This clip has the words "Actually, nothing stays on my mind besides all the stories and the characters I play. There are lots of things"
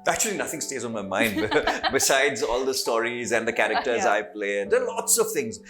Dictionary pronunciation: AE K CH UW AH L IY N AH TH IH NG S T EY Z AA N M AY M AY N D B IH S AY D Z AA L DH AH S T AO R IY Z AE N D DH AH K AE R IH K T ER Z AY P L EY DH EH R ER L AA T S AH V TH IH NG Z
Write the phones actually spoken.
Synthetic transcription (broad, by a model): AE K CH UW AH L IY N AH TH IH NG S T EY Z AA N M AY M AY N D B IH S AY D Z AA L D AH S T AO R IY Z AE N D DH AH K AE R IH K T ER Z AY P L EY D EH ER L AA T S AH V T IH NG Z